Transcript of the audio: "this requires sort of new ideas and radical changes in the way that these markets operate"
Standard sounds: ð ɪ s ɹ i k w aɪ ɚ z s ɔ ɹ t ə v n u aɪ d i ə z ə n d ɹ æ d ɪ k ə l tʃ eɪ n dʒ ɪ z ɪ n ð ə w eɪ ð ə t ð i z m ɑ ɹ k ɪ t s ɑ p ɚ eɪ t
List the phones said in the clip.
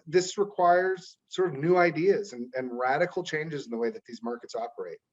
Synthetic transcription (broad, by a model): ð ɪ s ɹ i k w aɪ ɚ z s ɔ ɹ t ə v n u aɪ d i ə z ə n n ɹ æ d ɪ k l tʃ eɪ n dʒ ɪ z n ð ə w eɪ ð ə t ð i z m ɑ ɹ k ɪ t s ɑ p ɚ eɪ t